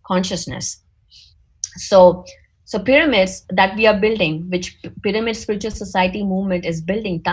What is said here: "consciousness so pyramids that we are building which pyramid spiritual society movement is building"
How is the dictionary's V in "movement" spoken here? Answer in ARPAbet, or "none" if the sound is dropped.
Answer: V